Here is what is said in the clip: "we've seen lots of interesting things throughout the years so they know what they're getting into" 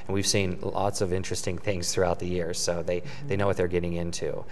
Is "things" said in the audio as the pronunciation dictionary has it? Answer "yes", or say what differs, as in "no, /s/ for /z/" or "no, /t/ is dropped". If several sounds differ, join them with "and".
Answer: yes